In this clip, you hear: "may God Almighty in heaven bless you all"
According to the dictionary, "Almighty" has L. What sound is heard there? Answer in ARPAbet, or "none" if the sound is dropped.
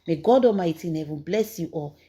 none